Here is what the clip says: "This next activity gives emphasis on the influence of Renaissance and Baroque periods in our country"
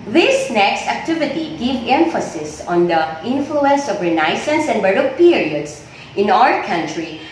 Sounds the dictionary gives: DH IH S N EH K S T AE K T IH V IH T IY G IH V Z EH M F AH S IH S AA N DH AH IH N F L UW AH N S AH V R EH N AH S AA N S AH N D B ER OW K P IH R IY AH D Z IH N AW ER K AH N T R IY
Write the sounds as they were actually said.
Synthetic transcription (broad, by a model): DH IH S N EH K S T AE K T IH V IH T IY G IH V EH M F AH S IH S AA N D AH IH N F L UW AH N S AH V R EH N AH S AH N S AH N D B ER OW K P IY R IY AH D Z IH N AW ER K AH N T R IY